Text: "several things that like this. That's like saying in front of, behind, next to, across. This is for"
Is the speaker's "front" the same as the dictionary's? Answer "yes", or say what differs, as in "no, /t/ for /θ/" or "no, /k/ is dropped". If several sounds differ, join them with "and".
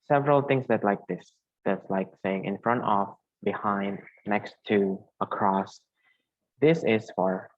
yes